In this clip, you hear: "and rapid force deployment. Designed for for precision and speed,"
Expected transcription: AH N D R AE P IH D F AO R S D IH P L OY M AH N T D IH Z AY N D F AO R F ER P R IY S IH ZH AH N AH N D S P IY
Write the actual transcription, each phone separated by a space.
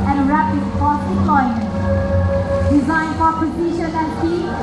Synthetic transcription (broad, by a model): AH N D R AE P IH D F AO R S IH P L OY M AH N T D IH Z AY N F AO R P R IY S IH SH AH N AH N D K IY